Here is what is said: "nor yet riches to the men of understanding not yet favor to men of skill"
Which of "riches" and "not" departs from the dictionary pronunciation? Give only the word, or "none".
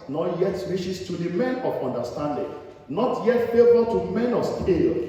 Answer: riches